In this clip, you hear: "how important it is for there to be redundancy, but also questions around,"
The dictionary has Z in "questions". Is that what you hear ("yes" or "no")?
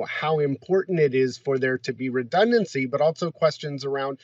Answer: yes